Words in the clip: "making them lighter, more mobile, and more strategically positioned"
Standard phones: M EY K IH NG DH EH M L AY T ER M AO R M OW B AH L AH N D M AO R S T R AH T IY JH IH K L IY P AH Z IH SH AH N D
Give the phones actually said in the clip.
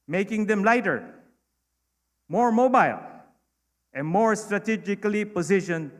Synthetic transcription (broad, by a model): M EY K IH NG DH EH M L AY T ER M AO R M OW B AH L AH N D M AO R S T R AH T IY JH IH K L IY P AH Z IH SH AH N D